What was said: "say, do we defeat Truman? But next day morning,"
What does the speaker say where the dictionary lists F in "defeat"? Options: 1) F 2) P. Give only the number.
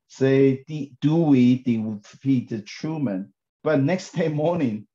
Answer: 2